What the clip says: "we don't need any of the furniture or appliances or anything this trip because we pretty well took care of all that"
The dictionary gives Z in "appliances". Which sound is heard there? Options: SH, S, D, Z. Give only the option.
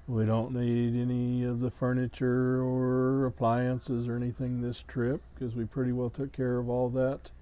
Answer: Z